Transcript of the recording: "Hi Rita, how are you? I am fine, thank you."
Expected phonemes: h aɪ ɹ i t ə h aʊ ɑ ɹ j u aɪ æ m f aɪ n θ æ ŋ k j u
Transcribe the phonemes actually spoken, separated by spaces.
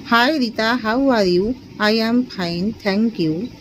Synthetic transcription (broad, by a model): h aɪ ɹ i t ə h aʊ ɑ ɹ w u aɪ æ m p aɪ n t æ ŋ k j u